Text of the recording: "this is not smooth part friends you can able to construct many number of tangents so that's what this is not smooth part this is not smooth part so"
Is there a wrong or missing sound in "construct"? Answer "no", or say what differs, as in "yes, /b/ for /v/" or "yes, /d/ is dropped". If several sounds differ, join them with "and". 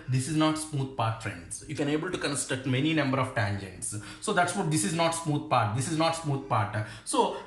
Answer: yes, /ɹ/ is dropped and /k/ is dropped